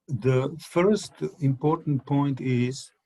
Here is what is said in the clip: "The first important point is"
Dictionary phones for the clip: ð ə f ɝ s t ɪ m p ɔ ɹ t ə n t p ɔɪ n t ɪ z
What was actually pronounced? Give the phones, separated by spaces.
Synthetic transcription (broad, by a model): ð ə f ɝ s t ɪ m p ɔ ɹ t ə n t p ɔɪ n t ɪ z